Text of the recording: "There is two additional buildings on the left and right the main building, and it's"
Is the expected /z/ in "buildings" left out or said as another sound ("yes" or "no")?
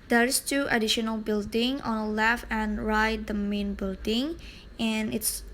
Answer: yes